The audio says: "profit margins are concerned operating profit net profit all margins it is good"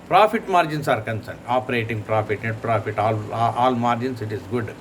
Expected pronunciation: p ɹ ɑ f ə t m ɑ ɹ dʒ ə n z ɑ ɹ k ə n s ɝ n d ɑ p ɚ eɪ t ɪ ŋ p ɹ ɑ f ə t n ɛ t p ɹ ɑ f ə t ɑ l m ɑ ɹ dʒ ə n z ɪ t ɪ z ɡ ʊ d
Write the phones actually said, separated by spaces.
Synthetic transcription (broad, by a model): p ɹ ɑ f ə t m ɑ ɹ dʒ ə n s ɑ ɹ k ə n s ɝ n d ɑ p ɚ eɪ t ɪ ŋ p ɹ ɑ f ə t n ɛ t p ɹ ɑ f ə t ɑ l m ɑ ɹ dʒ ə n s ɪ t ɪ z ɡ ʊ d